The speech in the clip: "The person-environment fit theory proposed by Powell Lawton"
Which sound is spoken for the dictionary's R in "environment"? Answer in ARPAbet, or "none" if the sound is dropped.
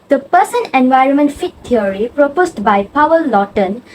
R